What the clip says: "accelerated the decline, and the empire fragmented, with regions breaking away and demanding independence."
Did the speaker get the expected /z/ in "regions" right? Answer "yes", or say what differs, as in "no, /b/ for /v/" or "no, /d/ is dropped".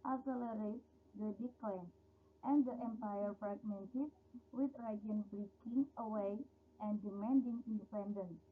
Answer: no, /z/ is dropped